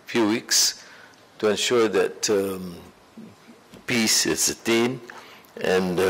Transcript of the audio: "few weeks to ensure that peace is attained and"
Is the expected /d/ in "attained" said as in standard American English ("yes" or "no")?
no